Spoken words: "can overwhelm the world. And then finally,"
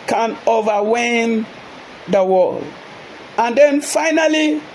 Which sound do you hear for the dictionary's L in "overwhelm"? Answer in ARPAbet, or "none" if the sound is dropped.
none